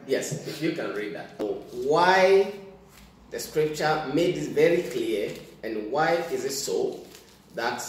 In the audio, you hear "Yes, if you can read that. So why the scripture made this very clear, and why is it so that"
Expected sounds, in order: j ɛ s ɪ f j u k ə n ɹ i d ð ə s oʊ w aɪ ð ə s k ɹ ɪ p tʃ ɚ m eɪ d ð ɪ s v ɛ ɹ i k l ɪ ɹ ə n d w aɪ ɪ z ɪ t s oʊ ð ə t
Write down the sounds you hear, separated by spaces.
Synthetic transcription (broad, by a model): j ɛ s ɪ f j u k ə n ɹ i d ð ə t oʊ w aɪ ð ə s k ɹ ɪ p tʃ ɚ m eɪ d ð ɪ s v ɛ ɹ i k l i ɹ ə n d w aɪ ɪ z ɪ t s oʊ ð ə t